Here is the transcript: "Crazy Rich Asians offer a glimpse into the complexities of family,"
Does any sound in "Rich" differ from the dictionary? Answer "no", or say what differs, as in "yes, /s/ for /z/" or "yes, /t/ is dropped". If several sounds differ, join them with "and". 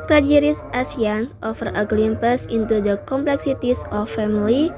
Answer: yes, /s/ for /tʃ/